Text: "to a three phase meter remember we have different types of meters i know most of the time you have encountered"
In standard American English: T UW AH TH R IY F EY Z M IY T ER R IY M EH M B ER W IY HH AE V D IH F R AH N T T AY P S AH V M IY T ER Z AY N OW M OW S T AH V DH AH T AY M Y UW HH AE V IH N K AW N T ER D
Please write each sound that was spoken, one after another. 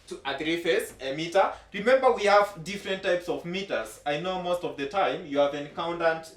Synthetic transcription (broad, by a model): T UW AH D R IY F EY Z M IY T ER R IY M EH M B ER W IY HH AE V D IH F R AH N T T AY P S AH V M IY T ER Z AY N OW M OW S T AH V DH AH T AY M Y UW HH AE V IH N K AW N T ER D